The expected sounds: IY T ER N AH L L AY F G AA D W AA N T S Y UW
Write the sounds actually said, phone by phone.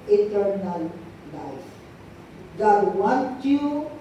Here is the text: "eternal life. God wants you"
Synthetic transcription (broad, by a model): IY T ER N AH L L AY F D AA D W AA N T Y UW